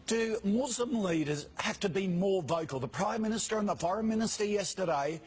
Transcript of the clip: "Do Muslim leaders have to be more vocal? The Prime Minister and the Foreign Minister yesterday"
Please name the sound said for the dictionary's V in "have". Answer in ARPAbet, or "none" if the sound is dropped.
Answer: F